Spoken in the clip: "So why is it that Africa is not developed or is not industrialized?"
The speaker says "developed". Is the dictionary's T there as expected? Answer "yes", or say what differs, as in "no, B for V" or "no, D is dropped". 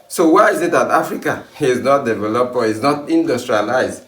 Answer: no, T is dropped